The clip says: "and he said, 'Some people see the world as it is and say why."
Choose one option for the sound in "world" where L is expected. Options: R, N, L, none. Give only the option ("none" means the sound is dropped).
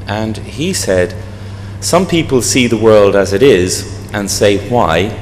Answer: L